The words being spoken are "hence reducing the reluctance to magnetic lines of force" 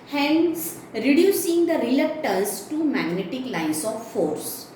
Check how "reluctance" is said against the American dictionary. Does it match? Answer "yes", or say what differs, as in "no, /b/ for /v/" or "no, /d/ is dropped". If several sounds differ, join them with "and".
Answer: no, /l/ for /n/